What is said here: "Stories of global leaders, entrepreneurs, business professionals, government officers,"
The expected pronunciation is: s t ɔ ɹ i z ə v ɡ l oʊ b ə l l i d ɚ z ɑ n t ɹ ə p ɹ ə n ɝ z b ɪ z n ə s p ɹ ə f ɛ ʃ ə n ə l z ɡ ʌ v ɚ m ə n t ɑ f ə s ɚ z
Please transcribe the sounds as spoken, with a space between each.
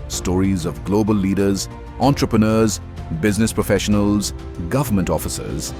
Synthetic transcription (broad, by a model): s t ɔ ɹ i z ə v ɡ l oʊ b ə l l i d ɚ z ɑ n t ɹ ə p ɹ ə n ɝ z b ɪ z n ə s p ɹ ə f ɛ ʃ ə n ə l z ɡ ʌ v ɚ m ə n t ɑ f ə s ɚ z